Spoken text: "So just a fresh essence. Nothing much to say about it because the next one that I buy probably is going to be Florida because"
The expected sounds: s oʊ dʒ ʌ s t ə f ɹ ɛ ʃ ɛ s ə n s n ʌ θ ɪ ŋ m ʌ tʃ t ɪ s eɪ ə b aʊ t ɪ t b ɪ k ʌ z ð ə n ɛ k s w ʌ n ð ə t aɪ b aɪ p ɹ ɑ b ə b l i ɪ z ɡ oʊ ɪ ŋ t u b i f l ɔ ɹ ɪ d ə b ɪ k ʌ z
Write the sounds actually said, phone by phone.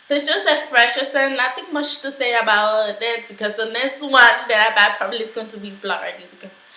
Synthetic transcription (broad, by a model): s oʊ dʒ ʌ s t ə f ɹ ɛ ʃ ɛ s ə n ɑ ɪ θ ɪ ŋ m ʌ tʃ t ɪ s eɪ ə b aʊ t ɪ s b ɪ k ʌ z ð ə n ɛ s w ʌ n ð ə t aɪ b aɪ p ɹ ɑ b ə b l i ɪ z ɡ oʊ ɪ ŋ t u b i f l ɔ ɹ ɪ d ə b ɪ k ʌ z